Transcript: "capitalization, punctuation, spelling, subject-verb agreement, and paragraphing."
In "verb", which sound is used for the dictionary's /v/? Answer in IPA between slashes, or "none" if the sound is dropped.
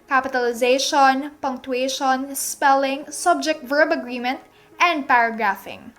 /v/